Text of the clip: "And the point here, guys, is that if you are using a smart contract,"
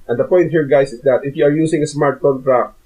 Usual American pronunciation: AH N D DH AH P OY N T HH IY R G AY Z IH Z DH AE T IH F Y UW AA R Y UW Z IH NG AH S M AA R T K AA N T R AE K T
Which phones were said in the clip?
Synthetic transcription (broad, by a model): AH N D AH P OY N T HH IY R G AY S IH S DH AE T IH F Y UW AA R Y UW S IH NG AH S M AA R T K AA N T R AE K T